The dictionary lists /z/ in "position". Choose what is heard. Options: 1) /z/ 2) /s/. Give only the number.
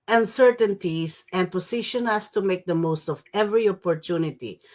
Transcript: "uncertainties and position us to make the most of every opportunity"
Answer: 2